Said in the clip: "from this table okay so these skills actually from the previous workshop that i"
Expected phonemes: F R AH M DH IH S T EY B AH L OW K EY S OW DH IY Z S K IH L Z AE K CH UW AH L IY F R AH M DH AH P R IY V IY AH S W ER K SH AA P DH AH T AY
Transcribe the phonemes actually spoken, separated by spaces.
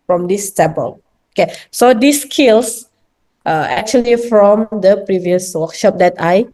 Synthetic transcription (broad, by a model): F R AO M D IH S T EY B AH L OW K EY S OW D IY S K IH L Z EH K CH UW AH L IY F R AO M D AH P R IY V IY AH S W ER K SH AA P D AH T AY